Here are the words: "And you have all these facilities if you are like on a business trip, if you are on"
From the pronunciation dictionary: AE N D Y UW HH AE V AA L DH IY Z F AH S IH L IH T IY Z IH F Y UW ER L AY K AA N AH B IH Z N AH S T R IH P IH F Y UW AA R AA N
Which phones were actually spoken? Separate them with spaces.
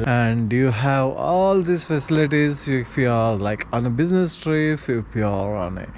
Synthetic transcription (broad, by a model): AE N D Y UW HH AE V AA L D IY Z F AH S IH L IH T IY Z IH F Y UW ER L AY K AA N AH B IH Z N AH S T R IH F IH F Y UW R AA N